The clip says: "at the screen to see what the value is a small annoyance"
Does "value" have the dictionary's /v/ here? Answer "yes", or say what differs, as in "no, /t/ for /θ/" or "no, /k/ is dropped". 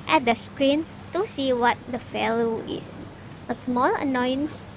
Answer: no, /f/ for /v/